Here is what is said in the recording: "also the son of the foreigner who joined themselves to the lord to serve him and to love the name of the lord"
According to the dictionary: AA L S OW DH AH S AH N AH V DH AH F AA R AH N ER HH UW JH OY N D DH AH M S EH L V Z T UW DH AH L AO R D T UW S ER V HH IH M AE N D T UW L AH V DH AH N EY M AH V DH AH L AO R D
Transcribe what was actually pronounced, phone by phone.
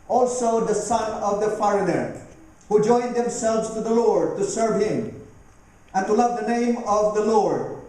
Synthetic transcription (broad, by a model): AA L S OW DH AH S AH N AH V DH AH F AA R AH N ER HH UW JH OY N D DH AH M S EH L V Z T UW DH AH L AO R D T UW S ER V HH IH M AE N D T UW L AH V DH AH N EY M AH V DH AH L AO R D